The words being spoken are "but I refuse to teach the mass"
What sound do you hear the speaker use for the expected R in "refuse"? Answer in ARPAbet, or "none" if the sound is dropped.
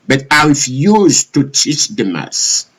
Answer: W